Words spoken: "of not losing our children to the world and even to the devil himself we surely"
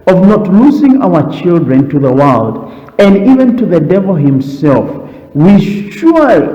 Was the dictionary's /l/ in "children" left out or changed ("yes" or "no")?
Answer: no